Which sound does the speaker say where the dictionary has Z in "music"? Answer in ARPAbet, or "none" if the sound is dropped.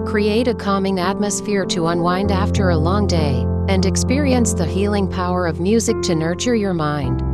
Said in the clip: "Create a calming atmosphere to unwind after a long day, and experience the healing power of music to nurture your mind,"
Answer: Z